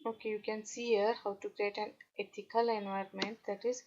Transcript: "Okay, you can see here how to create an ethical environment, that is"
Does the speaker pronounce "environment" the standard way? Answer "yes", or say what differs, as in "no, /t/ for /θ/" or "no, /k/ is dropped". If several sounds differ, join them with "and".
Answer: yes